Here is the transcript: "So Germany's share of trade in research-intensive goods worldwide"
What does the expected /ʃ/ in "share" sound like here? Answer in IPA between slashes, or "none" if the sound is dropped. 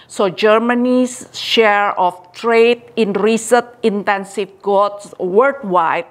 /ʃ/